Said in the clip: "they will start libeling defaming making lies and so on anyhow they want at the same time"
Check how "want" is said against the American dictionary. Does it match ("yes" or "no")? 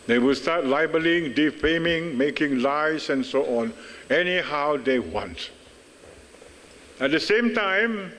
yes